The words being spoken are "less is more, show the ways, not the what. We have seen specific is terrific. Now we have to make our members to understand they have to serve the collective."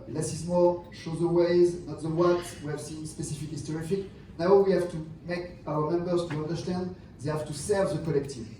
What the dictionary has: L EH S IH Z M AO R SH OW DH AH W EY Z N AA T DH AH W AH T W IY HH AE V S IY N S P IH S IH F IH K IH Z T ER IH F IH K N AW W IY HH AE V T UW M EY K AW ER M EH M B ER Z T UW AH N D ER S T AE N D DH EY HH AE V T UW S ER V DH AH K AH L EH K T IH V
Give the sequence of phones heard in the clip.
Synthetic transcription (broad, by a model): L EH S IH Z M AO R SH OW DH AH W EY Z N AA T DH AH W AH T W IY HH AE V S IY N S P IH S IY F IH K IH S T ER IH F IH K N AW W IY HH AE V T UW M EY K AW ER M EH M B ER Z T UW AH N D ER S T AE N D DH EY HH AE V T UW S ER V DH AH K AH L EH K T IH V